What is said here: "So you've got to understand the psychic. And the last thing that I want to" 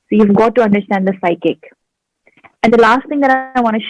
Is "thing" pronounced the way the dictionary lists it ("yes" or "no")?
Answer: no